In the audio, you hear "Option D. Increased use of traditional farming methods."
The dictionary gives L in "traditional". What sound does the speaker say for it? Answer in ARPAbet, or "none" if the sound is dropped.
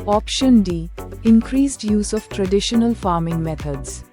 L